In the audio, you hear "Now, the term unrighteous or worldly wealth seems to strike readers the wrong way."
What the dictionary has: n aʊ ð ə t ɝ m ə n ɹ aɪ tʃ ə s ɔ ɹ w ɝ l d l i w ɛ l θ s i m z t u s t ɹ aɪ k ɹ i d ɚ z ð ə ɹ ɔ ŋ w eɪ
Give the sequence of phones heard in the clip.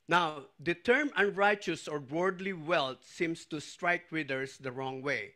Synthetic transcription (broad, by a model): n aʊ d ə t ɝ m ə n ɹ aɪ tʃ ə s ɔ ɹ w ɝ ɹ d l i w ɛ l t s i m s t u s t ɹ aɪ k w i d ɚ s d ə ɹ ɔ ŋ w eɪ